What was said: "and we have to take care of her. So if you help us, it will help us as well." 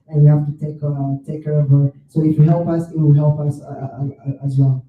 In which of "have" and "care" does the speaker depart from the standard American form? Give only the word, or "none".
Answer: have